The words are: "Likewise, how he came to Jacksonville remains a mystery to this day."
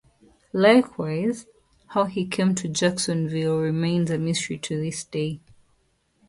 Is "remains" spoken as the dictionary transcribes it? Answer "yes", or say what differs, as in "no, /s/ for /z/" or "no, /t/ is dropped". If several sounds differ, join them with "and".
yes